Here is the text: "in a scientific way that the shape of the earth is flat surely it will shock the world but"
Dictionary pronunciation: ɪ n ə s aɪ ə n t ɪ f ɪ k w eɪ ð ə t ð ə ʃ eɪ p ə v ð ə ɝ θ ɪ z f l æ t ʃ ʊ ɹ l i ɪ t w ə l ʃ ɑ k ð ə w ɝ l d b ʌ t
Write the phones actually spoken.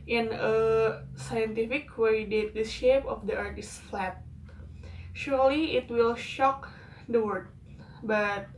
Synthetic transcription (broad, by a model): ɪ n ə s aɪ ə n t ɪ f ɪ k w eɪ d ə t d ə ʃ eɪ p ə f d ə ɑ t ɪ s f l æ t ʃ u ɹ l i ɪ t w ə l ʃ ɑ k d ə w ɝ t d b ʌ t